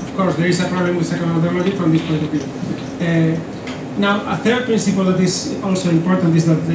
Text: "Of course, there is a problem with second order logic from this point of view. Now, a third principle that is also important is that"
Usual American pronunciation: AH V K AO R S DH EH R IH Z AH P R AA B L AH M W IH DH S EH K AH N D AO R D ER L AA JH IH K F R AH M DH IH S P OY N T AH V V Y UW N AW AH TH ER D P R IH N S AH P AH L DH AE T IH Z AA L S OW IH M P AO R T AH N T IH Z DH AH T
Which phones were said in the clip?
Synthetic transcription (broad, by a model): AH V K AO R S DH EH R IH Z AH P R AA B L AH M W IH DH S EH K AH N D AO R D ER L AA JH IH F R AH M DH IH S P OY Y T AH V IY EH N AW AH TH ER D P R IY N S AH P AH L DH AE T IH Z AA L S OW IH M P AO R T AH N T IH Z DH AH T